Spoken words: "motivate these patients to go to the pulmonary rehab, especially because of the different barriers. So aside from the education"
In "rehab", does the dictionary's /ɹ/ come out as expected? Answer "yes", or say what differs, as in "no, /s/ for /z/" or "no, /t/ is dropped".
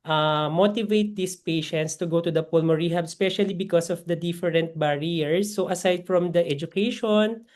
yes